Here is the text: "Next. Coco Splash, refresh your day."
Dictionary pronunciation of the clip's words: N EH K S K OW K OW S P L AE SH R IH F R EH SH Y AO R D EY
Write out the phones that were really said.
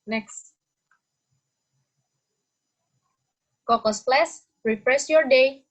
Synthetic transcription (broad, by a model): N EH K S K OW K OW S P L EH S R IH P R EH S Y AO R D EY